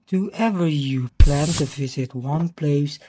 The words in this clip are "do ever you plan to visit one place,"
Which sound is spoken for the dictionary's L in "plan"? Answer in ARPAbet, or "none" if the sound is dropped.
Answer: L